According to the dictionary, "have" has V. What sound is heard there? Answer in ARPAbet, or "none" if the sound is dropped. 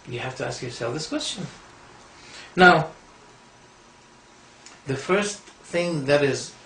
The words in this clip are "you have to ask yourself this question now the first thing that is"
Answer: F